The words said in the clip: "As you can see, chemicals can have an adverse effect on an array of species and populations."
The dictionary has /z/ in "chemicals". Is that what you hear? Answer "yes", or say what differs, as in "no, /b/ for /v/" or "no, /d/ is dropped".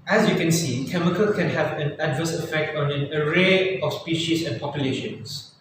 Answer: no, /z/ is dropped